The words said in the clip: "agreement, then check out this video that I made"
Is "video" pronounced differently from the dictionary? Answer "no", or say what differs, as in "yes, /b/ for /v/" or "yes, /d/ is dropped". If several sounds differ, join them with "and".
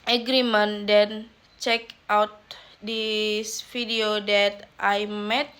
yes, /f/ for /v/